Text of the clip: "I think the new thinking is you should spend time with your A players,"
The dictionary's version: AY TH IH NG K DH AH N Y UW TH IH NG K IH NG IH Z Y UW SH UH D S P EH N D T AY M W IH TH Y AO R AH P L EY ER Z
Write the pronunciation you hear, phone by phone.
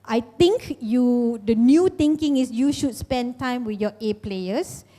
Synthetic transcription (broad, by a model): AY T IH NG K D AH N Y UW T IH NG K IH NG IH S Y UW SH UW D S P EH N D T AY M W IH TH Y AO AH P L EY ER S